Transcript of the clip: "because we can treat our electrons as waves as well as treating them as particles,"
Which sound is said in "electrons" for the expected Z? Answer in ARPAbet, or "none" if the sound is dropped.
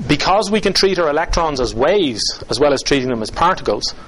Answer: Z